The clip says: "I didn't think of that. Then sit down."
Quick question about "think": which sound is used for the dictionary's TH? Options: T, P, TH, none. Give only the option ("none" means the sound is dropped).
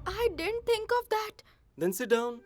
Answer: T